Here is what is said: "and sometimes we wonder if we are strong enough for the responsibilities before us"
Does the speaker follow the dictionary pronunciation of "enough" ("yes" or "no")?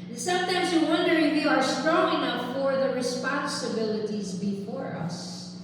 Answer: no